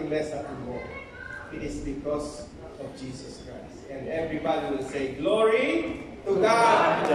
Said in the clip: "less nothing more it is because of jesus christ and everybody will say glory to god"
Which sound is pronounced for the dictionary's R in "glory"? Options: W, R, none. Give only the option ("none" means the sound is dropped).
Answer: R